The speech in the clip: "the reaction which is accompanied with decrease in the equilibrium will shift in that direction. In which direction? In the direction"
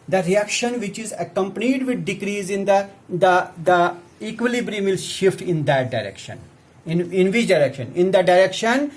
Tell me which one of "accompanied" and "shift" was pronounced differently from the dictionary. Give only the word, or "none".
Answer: none